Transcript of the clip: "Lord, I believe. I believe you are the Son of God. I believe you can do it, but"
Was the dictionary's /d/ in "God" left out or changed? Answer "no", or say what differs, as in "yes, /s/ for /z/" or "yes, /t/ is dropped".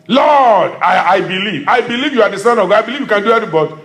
yes, /d/ is dropped